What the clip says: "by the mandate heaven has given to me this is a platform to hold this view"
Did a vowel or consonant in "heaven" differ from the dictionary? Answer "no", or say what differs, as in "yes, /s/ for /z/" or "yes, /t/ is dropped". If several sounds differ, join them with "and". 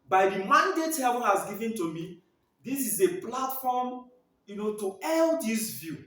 yes, /b/ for /v/